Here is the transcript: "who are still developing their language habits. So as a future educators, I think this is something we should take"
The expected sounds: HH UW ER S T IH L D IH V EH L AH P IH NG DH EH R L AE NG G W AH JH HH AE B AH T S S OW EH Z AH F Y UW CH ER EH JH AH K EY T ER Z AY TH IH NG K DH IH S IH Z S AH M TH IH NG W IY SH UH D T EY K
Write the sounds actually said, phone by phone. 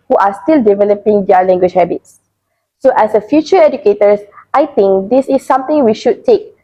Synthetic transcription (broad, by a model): HH UW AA S T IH L D IH V EH L AH P IH NG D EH L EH NG G W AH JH HH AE B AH T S S OW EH S AH F Y UW CH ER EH JH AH K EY T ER S AY T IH NG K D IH S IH S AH M T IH NG W IY SH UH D T EY K